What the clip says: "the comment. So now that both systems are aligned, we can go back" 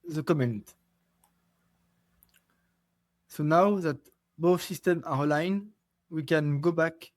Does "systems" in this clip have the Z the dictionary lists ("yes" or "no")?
no